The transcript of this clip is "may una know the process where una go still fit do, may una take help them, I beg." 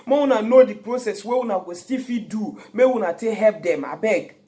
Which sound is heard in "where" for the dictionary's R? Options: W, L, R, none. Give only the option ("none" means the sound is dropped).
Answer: W